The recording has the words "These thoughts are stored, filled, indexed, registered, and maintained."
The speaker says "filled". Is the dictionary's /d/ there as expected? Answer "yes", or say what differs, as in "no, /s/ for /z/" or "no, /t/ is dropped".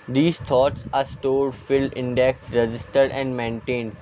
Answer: no, /d/ is dropped